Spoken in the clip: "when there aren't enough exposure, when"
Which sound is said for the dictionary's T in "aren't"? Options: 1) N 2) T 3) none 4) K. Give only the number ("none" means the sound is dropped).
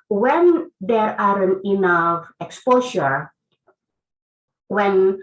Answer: 3